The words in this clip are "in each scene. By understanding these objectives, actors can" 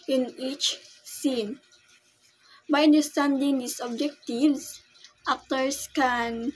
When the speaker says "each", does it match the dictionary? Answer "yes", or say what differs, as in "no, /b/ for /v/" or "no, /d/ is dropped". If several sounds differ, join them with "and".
yes